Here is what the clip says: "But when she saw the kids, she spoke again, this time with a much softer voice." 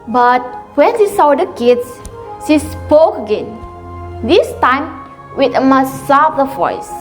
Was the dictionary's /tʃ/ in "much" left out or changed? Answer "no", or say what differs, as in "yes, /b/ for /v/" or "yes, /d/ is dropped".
yes, /s/ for /tʃ/